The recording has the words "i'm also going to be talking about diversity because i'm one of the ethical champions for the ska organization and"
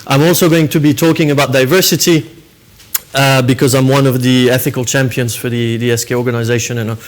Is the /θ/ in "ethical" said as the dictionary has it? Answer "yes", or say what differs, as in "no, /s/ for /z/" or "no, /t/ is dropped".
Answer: yes